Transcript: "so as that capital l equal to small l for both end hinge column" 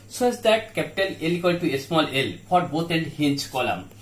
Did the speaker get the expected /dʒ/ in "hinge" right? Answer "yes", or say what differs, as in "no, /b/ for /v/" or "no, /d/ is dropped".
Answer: no, /tʃ/ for /dʒ/